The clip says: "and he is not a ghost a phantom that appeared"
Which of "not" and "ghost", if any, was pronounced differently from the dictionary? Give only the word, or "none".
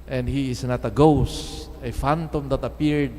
none